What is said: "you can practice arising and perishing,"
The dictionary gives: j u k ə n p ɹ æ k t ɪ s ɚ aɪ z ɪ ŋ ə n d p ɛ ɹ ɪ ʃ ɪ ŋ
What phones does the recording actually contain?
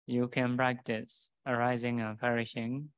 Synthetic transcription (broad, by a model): j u k ə n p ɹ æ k t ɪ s ɚ aɪ z ɪ ŋ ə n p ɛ ɹ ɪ ʃ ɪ ŋ